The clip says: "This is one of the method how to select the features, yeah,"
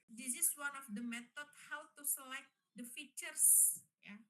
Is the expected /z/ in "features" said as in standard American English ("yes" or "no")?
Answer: no